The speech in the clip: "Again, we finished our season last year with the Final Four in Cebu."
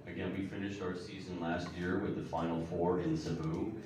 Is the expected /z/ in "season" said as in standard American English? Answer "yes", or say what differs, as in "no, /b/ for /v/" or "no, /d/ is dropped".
yes